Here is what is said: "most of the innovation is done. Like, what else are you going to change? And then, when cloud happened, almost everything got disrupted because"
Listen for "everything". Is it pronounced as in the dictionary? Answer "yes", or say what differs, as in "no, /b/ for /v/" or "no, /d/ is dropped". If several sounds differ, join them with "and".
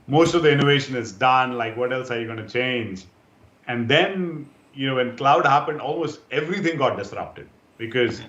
no, /t/ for /θ/